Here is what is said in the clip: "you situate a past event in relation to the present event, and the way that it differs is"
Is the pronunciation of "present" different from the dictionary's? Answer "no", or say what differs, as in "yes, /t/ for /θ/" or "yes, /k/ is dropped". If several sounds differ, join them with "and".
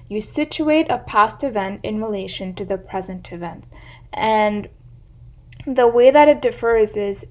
no